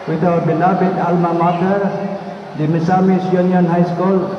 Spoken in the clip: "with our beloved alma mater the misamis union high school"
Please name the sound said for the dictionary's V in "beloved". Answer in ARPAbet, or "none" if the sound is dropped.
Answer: B